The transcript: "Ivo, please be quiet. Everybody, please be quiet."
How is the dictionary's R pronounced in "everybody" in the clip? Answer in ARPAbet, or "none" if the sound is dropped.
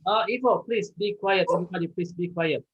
none